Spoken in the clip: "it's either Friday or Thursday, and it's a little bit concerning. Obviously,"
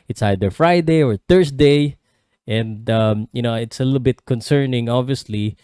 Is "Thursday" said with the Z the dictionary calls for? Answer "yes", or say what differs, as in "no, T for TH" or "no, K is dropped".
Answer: no, S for Z